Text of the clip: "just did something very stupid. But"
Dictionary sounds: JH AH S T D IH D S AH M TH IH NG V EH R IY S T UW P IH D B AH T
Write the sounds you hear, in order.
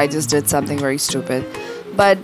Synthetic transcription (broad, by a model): JH AH S D IH D S AH M TH IH NG V EH R IY S T UW P IH D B AH T